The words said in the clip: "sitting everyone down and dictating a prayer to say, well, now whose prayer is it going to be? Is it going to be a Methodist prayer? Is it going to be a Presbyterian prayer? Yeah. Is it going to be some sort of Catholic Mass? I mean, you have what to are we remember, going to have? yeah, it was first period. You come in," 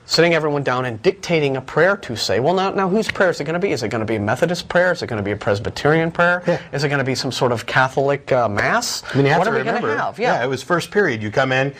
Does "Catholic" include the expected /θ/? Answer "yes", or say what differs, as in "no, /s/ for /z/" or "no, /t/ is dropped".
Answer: yes